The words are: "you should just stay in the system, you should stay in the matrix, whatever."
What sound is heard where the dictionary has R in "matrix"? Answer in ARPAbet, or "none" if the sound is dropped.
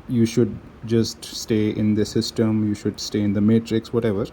R